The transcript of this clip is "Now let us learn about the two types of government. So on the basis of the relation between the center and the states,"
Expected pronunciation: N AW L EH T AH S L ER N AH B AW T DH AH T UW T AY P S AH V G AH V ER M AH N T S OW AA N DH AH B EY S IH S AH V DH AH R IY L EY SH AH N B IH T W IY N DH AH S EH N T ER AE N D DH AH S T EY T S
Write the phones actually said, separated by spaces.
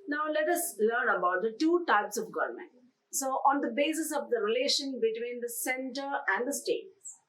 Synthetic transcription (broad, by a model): N AW L EH T AH S L ER N AH B AW T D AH T UW T AY P S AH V G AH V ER M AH N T S OW AA N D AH B EY S IH S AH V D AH R IY L EY SH AH N B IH T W IY N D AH S EH N T ER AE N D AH S T EY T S